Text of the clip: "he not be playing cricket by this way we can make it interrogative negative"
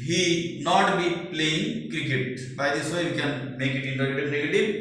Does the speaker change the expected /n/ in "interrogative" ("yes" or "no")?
yes